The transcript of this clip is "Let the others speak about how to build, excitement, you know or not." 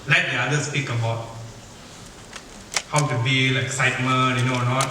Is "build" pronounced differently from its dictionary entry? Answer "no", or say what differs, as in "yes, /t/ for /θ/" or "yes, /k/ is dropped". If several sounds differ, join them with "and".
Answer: yes, /d/ is dropped